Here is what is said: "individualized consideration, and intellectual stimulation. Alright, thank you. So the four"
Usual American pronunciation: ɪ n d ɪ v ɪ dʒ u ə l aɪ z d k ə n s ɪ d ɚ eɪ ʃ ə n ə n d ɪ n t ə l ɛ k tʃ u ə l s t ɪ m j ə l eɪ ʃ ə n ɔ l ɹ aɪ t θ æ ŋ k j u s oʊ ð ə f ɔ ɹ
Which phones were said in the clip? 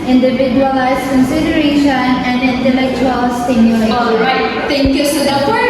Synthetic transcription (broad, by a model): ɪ n d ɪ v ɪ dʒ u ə l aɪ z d k ə n s ɪ d ɚ eɪ ʃ ə n ə n d ɪ n t ə l ɛ k tʃ u ə l s t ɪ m j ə l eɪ ə ɪ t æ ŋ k j u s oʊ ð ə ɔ